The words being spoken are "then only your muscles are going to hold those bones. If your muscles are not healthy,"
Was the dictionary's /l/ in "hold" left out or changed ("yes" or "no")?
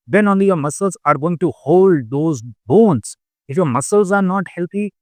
no